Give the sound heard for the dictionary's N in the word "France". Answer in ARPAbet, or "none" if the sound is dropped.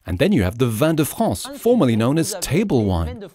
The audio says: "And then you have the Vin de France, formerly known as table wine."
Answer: none